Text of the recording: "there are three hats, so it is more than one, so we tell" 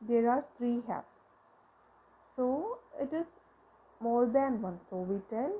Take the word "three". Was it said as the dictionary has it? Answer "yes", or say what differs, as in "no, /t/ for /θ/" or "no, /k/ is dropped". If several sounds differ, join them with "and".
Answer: no, /t/ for /θ/